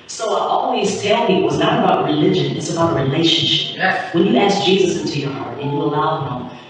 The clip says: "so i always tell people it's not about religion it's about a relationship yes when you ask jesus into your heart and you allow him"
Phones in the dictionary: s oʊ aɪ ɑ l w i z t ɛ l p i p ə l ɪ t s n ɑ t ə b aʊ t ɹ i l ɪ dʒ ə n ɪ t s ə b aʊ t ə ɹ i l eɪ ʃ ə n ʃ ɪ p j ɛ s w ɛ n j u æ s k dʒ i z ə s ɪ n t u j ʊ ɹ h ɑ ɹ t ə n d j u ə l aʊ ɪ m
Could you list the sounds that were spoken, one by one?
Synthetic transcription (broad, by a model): s oʊ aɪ ɑ l w i z t ɛ l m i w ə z n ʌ t ə b aʊ t ɹ i l ɪ dʒ ə n ɪ t s ə b aʊ t ə ɹ i l eɪ ʃ ə n ʃ ɪ p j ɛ w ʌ n j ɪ æ s k dʒ i z ə s ɪ n t u j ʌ ɹ h ɑ ɹ t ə n j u ə l aʊ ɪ m